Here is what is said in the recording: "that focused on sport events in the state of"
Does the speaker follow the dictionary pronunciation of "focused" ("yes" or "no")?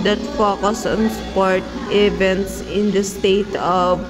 no